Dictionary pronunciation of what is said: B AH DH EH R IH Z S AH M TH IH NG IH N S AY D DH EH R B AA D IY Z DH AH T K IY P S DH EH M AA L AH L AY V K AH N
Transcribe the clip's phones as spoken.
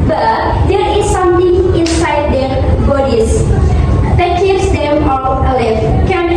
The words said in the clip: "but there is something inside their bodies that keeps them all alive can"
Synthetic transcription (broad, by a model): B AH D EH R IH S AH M T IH NG IH N S AY D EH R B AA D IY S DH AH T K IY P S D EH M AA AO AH L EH F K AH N